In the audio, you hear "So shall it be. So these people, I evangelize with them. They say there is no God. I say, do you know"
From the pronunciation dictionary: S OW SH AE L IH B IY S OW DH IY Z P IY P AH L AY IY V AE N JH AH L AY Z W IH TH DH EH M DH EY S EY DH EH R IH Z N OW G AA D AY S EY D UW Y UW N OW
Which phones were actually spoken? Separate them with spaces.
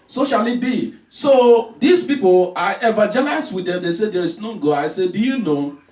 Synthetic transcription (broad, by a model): S OW SH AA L IH B IY S OW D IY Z P IY P AH L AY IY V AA JH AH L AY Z W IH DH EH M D EY S EY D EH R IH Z N OW G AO AY S EY D UW Y UW N OW